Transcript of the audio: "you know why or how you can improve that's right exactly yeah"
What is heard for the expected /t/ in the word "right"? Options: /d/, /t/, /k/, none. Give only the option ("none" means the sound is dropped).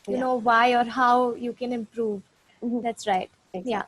none